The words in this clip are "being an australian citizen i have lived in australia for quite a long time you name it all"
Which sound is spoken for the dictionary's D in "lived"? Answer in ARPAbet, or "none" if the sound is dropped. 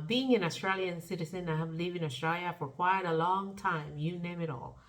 none